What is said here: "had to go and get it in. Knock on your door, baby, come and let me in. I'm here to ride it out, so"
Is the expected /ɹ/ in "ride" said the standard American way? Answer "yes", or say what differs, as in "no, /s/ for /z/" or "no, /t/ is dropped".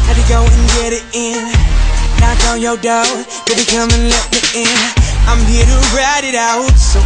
yes